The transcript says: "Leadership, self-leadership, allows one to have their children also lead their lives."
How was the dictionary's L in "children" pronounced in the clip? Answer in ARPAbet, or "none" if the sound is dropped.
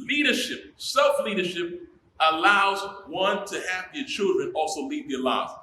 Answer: L